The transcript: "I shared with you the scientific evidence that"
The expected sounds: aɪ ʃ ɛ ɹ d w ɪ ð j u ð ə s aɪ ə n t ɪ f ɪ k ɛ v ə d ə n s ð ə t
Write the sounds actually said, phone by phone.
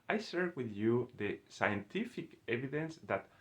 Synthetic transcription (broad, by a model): aɪ s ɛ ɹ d w ɪ ð j u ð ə s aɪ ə n t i f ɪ k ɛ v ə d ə n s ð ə t